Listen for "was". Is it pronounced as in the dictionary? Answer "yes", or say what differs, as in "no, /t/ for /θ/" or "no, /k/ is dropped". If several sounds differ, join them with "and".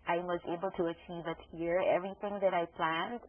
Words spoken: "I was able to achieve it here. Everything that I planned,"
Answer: yes